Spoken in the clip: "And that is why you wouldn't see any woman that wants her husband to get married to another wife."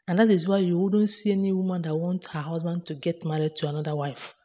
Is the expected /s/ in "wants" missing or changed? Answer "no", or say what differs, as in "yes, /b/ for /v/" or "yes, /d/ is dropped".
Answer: yes, /s/ is dropped